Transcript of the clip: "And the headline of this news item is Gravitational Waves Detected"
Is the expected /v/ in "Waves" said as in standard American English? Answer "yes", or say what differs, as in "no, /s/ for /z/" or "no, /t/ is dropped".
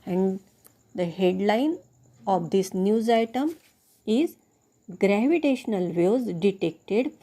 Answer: no, /v/ is dropped